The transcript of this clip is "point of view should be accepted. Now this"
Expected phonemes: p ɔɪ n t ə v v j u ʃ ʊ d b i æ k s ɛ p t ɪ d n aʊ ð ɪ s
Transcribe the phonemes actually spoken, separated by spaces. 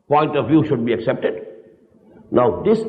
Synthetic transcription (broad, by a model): p ɔɪ n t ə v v j u ʃ ʊ d b i æ k s ɛ p t ɪ d n aʊ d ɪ s